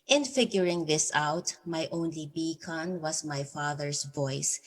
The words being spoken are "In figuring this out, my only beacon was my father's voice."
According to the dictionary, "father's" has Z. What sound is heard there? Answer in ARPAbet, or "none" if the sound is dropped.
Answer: S